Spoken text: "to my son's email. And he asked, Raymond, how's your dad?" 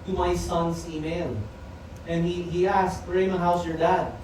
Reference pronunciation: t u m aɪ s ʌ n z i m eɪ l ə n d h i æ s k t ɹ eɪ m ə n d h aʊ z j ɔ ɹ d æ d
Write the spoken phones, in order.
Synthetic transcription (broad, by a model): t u m aɪ s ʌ n s i m eɪ l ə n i h i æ s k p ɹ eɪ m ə h aʊ s j ɔ ɹ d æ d